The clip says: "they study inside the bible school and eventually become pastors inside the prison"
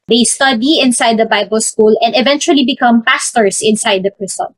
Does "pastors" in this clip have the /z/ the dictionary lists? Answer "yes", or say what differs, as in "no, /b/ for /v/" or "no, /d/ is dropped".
no, /s/ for /z/